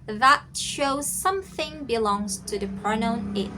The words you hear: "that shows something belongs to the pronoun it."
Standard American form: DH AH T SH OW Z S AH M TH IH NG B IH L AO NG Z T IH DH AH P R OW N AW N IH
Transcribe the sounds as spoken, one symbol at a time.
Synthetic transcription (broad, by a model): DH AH T SH OW Z S AH M TH IH NG B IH L AO NG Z T IH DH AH P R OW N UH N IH